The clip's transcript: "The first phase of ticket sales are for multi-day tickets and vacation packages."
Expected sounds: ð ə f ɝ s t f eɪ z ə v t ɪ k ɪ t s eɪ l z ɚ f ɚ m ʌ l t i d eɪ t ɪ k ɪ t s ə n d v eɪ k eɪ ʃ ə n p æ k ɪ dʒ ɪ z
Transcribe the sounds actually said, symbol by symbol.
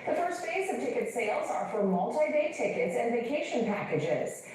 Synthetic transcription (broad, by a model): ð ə f ɝ s t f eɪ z ə v t ɪ k ɪ t s eɪ l z ɚ f ɚ m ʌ l t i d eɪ t ɪ k ɪ t s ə n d v eɪ k eɪ ʃ ə n p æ k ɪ dʒ ɪ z